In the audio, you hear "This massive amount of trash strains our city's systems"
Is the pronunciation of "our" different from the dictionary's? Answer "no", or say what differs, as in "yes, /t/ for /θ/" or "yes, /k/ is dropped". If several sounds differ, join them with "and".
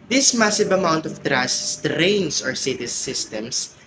no